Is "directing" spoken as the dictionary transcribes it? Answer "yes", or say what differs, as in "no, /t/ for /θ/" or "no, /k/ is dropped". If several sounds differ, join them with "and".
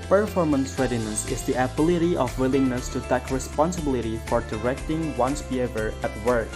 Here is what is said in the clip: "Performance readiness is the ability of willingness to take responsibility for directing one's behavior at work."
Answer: yes